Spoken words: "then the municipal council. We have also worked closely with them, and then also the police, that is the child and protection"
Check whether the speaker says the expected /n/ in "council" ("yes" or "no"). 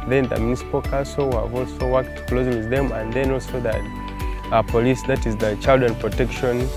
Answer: no